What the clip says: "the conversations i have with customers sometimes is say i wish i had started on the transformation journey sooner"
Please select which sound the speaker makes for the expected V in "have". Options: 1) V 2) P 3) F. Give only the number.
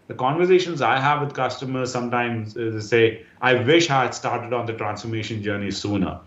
1